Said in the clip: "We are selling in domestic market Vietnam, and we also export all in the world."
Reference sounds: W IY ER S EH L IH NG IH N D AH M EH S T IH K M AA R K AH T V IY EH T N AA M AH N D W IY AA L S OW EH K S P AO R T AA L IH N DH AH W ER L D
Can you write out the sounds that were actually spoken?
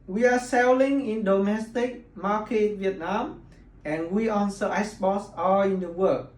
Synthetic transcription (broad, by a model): W IY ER S EH L IH NG IH N D AH M EH S T IH K M AA K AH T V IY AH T N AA M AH N W IY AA N S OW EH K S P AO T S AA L IH N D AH W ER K